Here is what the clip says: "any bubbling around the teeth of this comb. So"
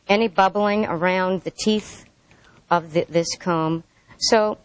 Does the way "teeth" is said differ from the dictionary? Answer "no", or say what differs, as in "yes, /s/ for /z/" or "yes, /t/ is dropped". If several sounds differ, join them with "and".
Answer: no